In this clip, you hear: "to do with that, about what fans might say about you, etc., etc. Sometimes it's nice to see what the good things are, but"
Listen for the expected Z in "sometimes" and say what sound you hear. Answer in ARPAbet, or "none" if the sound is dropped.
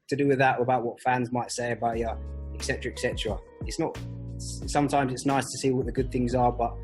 Z